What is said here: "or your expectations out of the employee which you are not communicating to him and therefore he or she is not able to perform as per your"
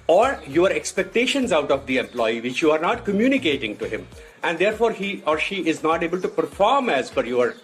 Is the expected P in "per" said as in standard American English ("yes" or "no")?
no